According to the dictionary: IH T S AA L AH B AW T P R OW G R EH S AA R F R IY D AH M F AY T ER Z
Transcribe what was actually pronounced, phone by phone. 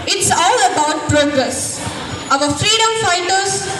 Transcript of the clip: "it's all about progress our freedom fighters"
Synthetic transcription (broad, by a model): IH T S AA L AH B AW T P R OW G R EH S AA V F R IY D AH M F AY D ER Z